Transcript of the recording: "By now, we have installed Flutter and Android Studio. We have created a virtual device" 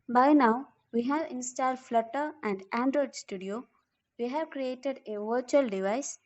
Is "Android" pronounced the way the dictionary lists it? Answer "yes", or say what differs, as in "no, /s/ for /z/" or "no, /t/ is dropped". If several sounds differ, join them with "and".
yes